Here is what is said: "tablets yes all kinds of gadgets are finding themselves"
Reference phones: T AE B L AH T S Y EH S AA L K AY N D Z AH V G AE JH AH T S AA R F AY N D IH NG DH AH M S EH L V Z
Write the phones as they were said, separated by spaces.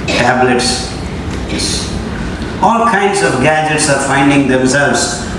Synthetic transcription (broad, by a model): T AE B L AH T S S AA L K AY N D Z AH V G AE JH AH T S AA R F AY N D IH NG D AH M S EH L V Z